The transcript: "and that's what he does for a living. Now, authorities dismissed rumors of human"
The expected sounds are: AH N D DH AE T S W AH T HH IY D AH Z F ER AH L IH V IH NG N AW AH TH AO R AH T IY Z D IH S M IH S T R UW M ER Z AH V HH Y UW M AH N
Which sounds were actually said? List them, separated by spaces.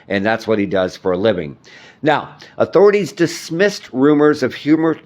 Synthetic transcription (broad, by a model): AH N DH AE T S W AH T HH IY D AH Z F ER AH L IH V IH NG N AW AH TH AO R AH T IY Z D IH S M IH S T R UW M ER Z AH V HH Y UW M AH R